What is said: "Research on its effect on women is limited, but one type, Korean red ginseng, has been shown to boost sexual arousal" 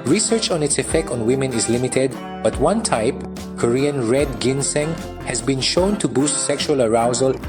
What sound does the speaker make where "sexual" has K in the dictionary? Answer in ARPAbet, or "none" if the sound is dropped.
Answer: K